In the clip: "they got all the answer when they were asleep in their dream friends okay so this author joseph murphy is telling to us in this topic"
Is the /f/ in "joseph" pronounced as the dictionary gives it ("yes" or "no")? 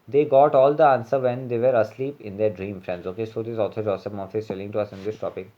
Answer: no